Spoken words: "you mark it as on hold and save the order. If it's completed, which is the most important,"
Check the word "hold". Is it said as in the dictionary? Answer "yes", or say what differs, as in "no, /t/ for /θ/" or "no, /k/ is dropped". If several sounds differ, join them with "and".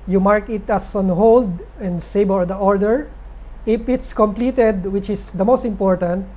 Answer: yes